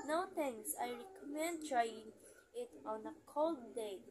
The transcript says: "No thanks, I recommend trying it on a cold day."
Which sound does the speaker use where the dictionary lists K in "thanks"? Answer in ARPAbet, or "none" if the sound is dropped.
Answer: none